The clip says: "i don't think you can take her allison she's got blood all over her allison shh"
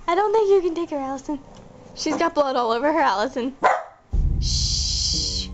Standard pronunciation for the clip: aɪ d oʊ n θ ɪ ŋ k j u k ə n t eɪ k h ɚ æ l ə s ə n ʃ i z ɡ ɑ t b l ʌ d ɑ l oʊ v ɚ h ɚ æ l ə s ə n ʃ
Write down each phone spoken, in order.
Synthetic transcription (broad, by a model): aɪ d oʊ n θ ɪ ŋ k j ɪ k ə n t eɪ k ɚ æ l ə s ə n ʃ i z ɡ ɑ t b l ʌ d ɑ l oʊ v ɚ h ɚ æ l ə s ə n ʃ